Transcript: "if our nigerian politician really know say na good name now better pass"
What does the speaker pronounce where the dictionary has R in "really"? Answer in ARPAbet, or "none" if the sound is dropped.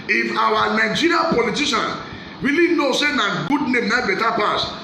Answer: W